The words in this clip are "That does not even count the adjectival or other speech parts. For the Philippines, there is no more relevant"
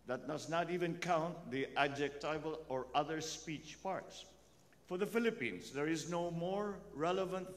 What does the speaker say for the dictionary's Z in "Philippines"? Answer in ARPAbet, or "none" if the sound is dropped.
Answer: S